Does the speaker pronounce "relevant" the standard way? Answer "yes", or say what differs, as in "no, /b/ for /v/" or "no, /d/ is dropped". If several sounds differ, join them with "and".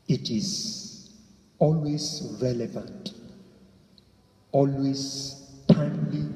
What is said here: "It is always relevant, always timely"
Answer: yes